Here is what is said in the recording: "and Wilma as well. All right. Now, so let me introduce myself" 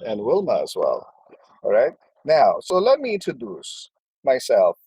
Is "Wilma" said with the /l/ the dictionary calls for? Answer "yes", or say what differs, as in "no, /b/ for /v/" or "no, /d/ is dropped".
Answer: yes